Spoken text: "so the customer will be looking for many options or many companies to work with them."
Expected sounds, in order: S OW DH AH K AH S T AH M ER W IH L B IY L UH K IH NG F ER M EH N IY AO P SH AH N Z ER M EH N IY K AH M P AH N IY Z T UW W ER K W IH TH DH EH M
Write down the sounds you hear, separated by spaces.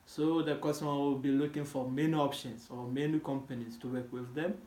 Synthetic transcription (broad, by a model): S OW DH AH K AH S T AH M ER W IH L B IY L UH K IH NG F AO M EH N IY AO P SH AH N S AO M EH N IY K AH M P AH N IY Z T UW W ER K W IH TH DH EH M